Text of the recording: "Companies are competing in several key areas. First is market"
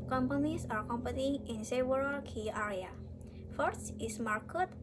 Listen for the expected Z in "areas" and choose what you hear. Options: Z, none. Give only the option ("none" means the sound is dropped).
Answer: none